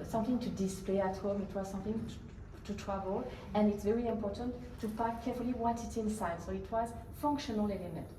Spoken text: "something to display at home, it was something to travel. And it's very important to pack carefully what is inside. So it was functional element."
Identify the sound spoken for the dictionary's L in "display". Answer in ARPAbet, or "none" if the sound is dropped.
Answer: L